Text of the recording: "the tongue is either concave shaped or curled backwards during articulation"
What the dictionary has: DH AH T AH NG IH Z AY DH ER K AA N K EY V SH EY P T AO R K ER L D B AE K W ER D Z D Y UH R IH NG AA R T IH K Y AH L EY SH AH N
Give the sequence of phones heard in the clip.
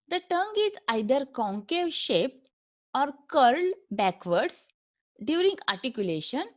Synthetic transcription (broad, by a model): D AH T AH NG IH Z AY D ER K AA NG K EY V SH EY P T AO R K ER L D B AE K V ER D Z D Y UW R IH NG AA R T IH K Y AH L EY SH AH N